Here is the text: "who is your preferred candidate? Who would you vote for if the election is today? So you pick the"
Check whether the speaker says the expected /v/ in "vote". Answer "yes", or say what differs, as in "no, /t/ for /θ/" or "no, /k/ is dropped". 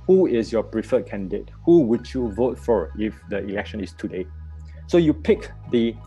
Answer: yes